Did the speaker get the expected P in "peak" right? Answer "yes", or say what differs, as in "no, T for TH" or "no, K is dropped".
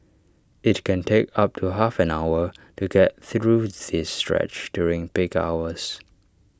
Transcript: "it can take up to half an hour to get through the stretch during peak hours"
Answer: no, B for P